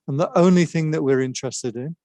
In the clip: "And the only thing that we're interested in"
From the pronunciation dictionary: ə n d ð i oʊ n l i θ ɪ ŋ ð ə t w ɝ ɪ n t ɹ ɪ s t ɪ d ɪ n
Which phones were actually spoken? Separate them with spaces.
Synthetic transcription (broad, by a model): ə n ð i oʊ n l i θ ɪ ŋ ð ə t w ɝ ɪ n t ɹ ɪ s t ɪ d ɪ n